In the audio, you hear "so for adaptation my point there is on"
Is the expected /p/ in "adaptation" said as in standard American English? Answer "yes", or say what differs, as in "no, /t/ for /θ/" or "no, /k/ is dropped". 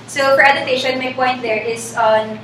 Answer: no, /p/ is dropped